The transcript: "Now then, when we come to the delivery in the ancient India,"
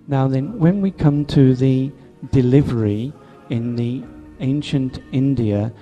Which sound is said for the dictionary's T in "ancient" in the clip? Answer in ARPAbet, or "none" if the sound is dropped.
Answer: T